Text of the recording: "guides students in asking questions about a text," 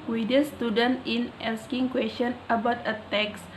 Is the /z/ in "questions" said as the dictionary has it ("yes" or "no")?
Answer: no